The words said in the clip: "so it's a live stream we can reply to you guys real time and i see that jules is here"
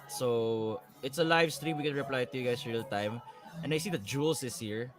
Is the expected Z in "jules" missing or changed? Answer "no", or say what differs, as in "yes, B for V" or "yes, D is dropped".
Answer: yes, S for Z